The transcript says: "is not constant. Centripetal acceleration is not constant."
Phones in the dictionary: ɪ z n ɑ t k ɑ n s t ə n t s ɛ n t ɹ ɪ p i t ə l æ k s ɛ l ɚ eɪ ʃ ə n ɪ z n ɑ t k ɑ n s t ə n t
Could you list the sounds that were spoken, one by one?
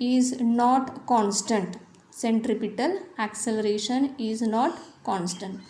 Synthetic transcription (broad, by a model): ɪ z n ɑ t k ɑ n s t ə n t s ɛ n t ɹ ɪ p i t ə l æ k s ɛ l ɚ eɪ ʃ ə n ɪ z n ɑ t k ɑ n s t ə n t